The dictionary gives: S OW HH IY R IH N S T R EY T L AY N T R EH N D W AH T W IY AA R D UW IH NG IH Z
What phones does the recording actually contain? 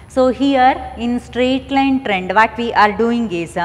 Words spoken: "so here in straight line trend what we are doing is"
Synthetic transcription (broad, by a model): S OW HH IY R IH N S T R EY T L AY N T R EH N D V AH T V IY AA R D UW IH NG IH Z